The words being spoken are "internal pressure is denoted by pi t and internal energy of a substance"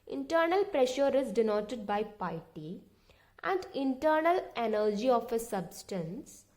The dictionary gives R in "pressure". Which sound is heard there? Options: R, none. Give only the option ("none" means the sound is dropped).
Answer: R